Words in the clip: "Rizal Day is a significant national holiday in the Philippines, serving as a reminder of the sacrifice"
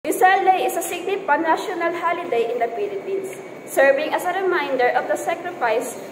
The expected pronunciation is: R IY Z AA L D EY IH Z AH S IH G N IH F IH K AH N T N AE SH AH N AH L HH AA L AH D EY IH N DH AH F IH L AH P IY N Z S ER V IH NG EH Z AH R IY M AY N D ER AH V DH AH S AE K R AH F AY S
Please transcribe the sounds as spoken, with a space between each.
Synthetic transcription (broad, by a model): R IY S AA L D EY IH S AH S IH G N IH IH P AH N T N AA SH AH N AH L HH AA L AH D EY IH N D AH P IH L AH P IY N S ER V IH NG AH S AH R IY M AY N D ER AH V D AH S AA K R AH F AY S